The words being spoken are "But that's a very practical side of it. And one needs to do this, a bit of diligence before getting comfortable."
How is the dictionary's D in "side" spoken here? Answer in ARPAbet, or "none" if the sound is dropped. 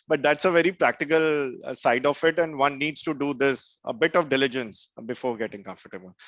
D